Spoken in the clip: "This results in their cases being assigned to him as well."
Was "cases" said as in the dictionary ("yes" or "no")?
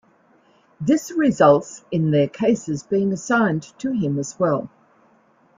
yes